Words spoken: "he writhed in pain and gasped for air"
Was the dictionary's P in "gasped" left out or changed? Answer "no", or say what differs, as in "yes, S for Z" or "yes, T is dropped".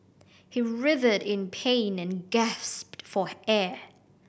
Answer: no